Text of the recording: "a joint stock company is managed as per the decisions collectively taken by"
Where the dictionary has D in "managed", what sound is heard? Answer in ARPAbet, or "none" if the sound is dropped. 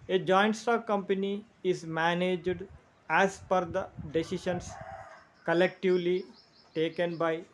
D